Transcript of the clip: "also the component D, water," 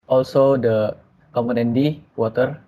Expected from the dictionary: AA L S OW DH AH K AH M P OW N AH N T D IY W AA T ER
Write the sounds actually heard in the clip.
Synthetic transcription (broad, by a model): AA L S OW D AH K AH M OW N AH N D IY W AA T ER